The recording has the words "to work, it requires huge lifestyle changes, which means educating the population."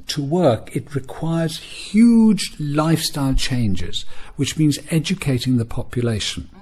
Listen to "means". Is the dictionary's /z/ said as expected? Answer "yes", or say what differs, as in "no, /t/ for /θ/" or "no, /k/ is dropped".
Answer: yes